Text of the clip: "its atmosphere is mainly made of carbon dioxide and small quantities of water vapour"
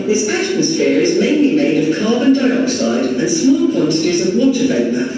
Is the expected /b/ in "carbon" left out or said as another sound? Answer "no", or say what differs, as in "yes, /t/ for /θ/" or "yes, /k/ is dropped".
no